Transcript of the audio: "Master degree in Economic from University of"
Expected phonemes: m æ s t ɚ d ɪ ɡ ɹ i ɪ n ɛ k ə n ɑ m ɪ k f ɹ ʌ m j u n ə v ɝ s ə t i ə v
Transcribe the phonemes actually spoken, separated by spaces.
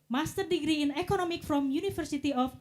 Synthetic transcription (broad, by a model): m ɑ s t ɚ d ɪ ɡ ɹ i ɪ n ɛ k ə n ɑ m ɪ k f ɹ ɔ m j u n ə f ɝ s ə t i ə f